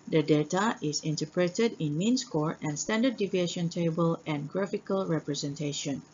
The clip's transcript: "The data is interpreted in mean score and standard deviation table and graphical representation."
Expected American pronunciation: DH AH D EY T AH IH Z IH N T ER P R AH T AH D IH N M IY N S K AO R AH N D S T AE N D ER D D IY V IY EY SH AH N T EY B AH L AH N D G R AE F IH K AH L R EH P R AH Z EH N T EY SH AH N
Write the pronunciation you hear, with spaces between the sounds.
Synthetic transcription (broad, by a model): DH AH D EY T AH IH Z IH N T ER P R AH T AH D IH N M IY N S K AO R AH N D S T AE N D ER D D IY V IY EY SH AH N T EY B AH L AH N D G R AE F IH K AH L R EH P R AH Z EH N T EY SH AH N